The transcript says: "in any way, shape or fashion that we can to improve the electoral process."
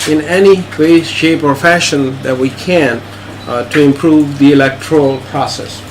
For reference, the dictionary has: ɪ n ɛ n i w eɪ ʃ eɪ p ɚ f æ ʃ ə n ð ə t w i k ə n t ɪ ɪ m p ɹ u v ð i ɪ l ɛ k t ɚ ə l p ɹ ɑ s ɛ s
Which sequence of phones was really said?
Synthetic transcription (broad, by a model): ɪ n ɛ n i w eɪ ʃ eɪ p ɚ f æ ʃ ə n ð ə t w i k ə n t ɪ ɪ m p ɹ u v ð i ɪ l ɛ k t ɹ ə l p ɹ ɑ s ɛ s